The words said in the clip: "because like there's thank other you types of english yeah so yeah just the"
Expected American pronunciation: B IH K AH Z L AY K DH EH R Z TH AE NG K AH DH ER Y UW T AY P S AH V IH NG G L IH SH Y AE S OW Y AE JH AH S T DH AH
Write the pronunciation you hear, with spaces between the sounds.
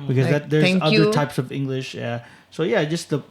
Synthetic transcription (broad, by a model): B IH K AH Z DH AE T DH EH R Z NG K AH DH ER T AY P S AH V IH NG G L IH SH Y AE S OW Y AE JH AH S T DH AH